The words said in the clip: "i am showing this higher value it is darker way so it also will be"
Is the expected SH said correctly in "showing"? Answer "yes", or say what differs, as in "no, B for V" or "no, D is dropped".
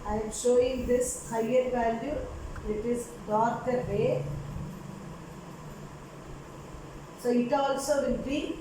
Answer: yes